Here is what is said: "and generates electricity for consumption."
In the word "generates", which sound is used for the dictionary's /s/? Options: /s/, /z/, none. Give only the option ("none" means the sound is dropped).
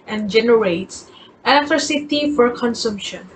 /s/